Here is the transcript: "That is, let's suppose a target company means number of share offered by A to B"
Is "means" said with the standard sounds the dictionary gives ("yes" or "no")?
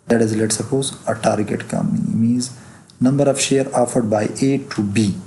no